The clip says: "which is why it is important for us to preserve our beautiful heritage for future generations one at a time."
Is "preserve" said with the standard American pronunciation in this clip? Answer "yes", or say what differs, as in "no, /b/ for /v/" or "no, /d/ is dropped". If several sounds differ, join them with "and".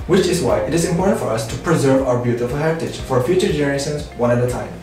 yes